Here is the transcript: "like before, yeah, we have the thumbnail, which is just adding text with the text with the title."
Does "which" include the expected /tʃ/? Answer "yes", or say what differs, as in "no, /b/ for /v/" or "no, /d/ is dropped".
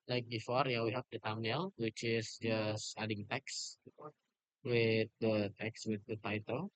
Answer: yes